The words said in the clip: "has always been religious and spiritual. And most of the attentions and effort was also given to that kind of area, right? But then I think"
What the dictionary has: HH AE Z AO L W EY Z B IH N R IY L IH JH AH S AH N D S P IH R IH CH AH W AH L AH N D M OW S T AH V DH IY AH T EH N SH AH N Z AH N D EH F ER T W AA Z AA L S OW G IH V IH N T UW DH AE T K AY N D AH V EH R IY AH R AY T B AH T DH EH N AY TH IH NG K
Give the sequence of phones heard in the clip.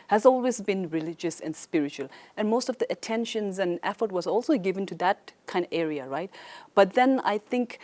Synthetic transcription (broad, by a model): HH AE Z AO L W EY Z B IH N R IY L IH JH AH S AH N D S P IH R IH CH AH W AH L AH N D M OW S T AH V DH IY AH T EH N SH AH N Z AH N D EH F ER T W AA Z AA L S OW G IH V IH N T UW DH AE T K AY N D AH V EH R IY AH R AY T B AH T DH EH N AY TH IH NG K